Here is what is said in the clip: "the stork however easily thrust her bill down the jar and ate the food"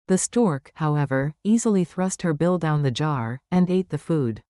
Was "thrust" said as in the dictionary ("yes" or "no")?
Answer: yes